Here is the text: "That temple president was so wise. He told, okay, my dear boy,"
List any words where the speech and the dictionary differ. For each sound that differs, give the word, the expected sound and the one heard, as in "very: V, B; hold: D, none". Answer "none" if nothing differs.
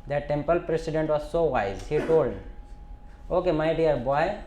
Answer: president: Z, S